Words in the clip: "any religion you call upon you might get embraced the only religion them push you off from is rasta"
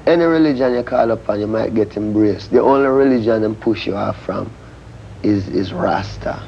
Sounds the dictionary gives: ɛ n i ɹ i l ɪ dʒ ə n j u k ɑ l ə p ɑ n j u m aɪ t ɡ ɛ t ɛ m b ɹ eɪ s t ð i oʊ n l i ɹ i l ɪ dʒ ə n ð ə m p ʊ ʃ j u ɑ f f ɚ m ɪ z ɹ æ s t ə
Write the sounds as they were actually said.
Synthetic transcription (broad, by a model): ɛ n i ɹ i l ɪ dʒ ə n j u k ɑ l ə p ɑ n j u m aɪ t ɡ ɛ t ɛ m b ɹ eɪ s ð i oʊ n l i ɹ i l ɪ dʒ ə n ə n p ʊ ʃ j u ɑ f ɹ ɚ m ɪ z ɹ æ s t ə